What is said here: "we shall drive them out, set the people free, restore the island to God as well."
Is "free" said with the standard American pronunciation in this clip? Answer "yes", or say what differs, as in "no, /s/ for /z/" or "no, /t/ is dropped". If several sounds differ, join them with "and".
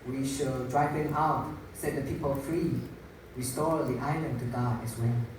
yes